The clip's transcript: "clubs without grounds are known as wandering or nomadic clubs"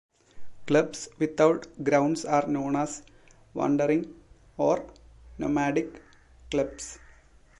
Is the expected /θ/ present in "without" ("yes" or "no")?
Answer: no